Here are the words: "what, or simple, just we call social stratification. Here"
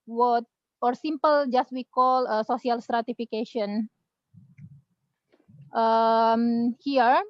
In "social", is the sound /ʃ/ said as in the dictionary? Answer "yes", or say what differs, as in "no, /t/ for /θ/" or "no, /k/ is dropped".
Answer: no, /s/ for /ʃ/